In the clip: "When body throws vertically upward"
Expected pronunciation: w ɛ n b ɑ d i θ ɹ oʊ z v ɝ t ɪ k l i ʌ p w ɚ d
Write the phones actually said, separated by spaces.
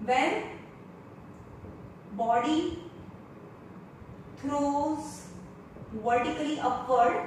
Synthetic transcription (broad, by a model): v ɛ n b ɑ d i t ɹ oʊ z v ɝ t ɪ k l i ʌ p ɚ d